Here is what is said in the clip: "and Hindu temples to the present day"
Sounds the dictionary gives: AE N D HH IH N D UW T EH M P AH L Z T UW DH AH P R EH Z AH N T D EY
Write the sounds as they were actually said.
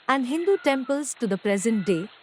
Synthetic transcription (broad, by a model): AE N D HH IH N D UW T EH M P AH L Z T UW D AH P R EH Z AH N T D EY